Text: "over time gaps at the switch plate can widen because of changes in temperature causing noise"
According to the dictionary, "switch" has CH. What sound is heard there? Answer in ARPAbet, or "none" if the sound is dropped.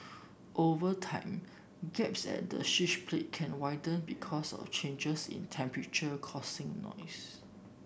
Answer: SH